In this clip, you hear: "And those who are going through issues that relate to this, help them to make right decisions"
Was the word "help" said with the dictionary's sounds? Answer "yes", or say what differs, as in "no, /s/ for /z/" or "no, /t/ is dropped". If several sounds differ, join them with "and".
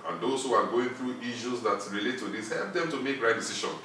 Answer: yes